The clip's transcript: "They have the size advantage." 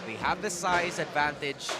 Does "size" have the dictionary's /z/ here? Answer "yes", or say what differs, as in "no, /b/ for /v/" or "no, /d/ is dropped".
yes